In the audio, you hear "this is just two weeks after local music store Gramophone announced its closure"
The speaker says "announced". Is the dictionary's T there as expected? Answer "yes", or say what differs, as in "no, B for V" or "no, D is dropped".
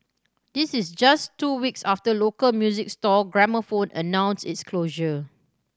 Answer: no, T is dropped